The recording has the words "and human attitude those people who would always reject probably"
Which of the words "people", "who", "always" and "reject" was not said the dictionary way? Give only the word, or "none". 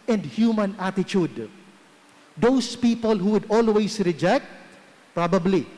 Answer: always